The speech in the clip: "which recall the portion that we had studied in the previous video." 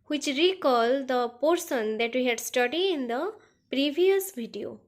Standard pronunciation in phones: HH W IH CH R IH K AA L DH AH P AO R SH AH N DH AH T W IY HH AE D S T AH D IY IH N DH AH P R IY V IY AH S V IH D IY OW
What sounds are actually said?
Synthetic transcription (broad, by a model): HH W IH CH R IH K AA L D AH P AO R S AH N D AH T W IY HH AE D S T AH D IY IH N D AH P R IY V IY AH S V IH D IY OW